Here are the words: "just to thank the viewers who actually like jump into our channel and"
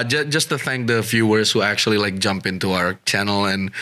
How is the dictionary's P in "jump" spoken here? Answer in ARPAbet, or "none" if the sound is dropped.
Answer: P